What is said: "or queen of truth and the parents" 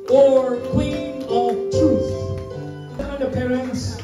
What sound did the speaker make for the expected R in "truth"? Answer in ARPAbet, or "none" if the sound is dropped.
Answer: none